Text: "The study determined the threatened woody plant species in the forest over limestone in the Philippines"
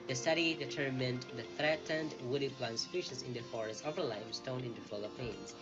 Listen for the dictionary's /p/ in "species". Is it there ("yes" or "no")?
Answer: no